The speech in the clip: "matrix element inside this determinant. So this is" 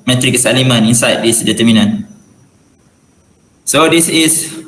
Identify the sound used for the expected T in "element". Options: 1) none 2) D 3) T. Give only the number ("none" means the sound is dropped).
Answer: 1